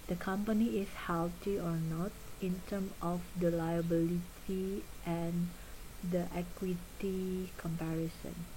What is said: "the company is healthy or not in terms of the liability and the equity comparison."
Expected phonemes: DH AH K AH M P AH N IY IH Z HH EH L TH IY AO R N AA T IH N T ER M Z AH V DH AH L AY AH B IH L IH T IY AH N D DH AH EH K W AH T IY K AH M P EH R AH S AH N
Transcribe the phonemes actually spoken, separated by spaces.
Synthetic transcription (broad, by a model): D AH K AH M P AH N IY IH S HH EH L T IY AO R N AA T IH N T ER M AH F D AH L AY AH B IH L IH T IY AH N D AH EH K W AH T IY K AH M P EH R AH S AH N